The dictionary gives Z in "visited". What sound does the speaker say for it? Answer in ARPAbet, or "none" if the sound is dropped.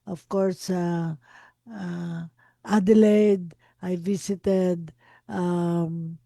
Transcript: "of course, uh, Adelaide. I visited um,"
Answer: S